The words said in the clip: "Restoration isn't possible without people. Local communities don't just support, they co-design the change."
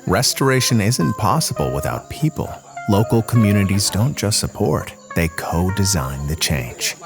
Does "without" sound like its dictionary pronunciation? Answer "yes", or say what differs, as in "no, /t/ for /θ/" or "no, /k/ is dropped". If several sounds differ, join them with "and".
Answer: yes